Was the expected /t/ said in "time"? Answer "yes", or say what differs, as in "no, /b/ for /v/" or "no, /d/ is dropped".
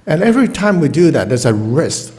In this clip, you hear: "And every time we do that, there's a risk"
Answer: yes